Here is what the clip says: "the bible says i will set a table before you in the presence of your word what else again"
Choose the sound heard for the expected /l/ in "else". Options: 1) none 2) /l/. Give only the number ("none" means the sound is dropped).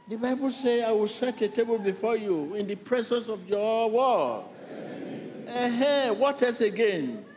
1